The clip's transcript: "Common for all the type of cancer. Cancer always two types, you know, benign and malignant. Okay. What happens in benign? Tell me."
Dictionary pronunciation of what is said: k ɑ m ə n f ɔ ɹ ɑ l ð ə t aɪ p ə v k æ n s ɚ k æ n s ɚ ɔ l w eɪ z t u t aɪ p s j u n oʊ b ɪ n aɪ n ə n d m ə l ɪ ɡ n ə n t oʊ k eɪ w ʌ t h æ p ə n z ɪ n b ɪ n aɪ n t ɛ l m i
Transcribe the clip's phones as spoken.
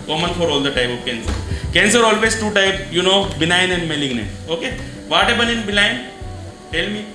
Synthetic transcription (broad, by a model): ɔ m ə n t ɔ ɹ ɑ l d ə t aɪ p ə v k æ n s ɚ k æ n s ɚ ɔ l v eɪ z t u t aɪ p j u n oʊ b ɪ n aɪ n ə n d m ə l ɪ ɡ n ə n oʊ k eɪ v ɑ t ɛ b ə n ɪ n b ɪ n aɪ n t ɛ l m i